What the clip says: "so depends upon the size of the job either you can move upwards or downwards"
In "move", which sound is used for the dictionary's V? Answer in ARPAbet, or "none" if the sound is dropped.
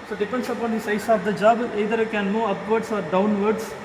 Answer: none